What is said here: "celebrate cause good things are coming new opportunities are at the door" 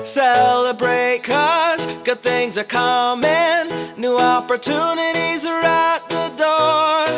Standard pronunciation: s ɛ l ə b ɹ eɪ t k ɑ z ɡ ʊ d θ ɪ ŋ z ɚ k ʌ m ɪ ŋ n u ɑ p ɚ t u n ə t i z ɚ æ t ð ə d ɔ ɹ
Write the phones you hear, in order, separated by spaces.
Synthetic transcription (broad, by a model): s ɛ l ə b ɹ eɪ t k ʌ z ɡ ʊ d θ ɪ ŋ z ɚ k ʌ m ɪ n u ɑ p ɚ t u n ə t i z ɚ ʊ t ð ə d ɔ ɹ